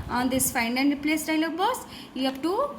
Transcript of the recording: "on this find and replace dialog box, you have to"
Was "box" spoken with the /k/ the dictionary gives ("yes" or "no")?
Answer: no